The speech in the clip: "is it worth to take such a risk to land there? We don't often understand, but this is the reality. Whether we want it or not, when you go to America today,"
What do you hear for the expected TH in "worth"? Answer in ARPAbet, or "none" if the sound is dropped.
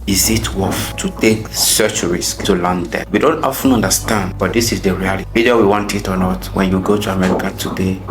F